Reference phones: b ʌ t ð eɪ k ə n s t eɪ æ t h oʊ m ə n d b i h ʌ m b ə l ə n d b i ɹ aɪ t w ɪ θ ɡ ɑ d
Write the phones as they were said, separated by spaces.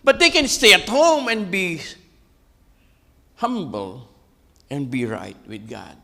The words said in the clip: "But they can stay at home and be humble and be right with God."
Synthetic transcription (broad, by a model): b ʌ t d eɪ k ə n s t eɪ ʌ t h oʊ m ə n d b i h ʌ m b ə l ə n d b i ɹ aɪ t w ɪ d ɡ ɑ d